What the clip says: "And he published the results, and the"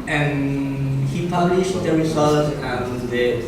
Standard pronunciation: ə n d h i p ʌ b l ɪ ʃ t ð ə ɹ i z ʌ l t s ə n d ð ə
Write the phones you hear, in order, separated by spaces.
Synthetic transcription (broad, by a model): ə n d h i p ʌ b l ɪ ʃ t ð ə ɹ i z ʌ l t ə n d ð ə